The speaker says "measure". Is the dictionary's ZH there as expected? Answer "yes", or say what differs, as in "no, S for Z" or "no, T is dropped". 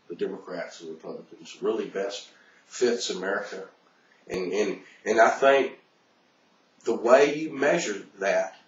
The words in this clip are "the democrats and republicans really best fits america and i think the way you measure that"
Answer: yes